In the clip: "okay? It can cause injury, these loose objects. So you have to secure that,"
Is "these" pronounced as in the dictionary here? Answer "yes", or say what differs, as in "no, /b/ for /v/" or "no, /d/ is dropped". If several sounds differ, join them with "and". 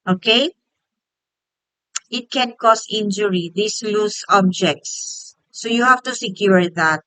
no, /s/ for /z/